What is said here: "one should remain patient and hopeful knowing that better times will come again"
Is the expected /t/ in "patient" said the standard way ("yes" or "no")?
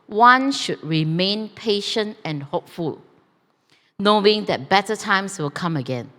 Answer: yes